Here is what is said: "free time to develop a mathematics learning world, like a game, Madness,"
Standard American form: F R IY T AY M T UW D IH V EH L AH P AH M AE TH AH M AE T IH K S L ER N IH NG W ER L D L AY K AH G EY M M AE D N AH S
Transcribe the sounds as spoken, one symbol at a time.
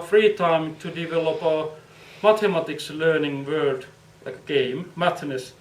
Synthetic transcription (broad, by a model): F R IY T AY M T UW D IH V EH L AH P AH M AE T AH M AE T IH K S L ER N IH NG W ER D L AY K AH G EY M M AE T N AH S